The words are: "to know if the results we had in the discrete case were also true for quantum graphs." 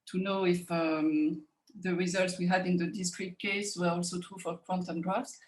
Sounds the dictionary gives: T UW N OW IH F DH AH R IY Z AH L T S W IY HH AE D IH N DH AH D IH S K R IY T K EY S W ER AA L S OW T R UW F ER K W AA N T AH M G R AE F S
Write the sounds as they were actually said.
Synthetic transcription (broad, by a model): T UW N OW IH F DH AH R IY Z AH L T S W IY HH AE D IH N DH AH D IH S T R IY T K EY S W ER AA L S OW T R UW F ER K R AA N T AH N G R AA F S